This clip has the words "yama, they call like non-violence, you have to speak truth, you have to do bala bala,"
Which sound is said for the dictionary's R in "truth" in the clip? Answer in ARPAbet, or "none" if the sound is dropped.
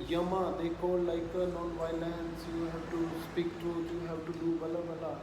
none